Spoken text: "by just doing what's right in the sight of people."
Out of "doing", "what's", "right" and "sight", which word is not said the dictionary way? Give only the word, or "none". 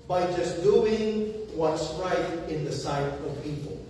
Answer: none